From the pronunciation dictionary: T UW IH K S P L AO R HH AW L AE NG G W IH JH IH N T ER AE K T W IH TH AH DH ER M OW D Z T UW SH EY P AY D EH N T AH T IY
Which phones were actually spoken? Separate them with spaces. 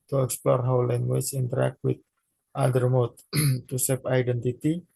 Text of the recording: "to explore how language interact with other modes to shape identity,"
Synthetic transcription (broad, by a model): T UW IH K S P L AO R HH AW L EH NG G W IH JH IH N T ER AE K T W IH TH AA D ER M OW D T UW S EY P AY D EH N T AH T IY